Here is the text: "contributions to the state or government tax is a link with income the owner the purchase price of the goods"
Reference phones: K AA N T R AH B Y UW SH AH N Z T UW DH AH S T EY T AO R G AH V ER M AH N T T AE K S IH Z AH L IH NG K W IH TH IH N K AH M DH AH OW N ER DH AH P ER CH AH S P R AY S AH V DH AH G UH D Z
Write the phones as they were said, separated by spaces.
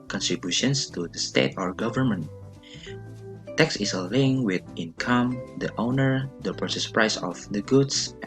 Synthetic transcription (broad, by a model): K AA N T R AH B Y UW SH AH N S T UW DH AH S T EY T AO R G AH V ER M AH N T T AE K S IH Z AH L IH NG W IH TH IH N K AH M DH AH OW N ER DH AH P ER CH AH S P R AY S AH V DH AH G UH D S